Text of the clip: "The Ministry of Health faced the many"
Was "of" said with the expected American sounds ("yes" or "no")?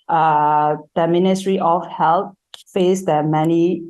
no